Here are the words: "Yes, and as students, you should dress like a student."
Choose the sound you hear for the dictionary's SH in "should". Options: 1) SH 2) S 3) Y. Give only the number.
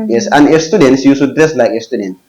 2